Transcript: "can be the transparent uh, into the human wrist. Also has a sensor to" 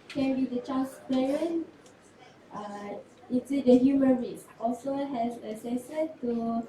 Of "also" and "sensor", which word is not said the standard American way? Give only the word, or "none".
sensor